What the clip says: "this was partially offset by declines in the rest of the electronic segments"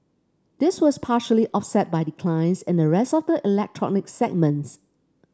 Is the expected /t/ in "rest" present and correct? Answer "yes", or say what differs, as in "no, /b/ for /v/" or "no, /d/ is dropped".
yes